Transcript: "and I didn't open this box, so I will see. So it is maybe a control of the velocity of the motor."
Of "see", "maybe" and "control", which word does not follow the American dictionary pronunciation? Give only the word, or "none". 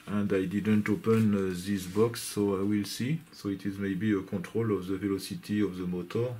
control